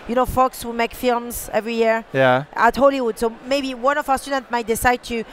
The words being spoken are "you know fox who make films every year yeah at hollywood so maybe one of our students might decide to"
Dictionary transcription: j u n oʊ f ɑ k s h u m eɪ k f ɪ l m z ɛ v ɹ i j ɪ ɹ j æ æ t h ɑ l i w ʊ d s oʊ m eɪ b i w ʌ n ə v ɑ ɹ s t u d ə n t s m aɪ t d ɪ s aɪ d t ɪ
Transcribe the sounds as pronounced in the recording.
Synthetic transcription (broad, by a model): j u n oʊ f ɑ k s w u m eɪ k f ɪ l m z ɛ v ɹ i j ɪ ɹ j æ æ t h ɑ l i w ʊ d s oʊ m eɪ b i w ʌ n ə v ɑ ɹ s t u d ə n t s m aɪ t d ɪ s aɪ d t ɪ